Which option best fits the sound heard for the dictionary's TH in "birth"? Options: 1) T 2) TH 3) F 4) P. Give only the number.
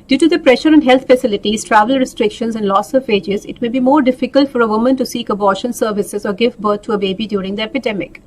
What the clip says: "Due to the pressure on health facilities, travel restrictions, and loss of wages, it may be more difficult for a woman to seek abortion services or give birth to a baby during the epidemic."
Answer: 1